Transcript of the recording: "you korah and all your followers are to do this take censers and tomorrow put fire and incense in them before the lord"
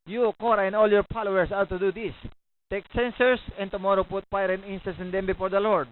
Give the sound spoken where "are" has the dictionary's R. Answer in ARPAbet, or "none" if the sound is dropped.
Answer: W